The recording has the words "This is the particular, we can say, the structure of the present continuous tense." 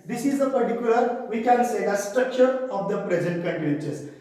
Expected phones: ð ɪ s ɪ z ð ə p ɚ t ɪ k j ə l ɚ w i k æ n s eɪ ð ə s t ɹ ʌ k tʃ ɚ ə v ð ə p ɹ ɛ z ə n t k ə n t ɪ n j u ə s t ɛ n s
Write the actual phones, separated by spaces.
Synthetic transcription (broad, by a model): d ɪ s ɪ z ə p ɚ t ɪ k j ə l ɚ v i k æ n s eɪ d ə s t ɹ ʌ k tʃ ɚ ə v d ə p ɹ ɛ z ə n t k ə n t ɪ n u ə t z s